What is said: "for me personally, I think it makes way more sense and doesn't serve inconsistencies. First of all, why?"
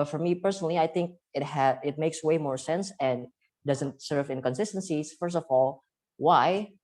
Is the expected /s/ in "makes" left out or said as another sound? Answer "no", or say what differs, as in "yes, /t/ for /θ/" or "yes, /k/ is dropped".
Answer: no